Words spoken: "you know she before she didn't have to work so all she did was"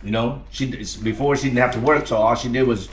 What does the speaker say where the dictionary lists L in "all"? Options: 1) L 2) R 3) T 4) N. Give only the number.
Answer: 1